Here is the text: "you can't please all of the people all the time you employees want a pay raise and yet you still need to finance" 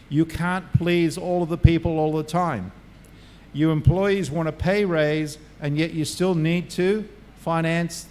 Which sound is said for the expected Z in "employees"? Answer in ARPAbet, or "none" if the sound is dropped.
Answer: Z